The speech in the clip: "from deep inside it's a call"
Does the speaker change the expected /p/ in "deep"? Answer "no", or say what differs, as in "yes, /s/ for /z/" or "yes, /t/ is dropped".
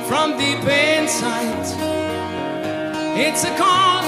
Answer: yes, /b/ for /p/